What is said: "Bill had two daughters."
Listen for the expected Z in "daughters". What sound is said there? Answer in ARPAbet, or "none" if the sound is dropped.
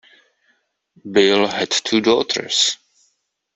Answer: S